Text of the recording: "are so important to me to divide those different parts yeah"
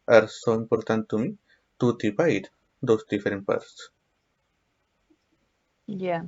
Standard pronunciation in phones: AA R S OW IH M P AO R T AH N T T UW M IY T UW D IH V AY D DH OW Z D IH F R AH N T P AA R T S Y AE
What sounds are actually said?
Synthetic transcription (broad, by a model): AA R S OW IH M P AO R T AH N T T UW M IY T UW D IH P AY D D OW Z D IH F R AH N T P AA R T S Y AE